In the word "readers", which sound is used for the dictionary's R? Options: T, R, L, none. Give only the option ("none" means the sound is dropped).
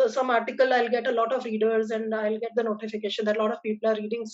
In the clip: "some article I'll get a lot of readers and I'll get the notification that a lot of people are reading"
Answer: R